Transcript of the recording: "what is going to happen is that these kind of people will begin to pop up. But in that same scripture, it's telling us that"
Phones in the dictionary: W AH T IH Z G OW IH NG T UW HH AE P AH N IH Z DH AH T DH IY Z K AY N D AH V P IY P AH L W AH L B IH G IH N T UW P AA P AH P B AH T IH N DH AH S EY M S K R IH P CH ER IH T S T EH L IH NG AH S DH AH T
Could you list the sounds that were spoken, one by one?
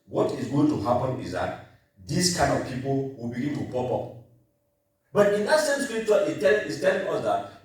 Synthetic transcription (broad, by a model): W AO T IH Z G OW IH NG T UW HH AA P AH N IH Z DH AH T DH IY S K AY N D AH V P IY P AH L W AH L B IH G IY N T UW P AA P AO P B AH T IH N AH S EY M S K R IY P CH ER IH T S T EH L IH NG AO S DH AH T